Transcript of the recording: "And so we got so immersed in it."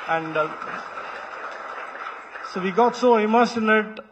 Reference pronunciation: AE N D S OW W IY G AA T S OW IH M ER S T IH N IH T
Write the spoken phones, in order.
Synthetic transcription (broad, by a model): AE N D S OW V IY G AA T S OW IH M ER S IH N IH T